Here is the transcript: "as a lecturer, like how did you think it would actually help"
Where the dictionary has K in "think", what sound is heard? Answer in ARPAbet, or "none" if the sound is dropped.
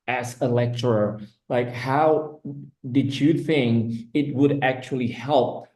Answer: none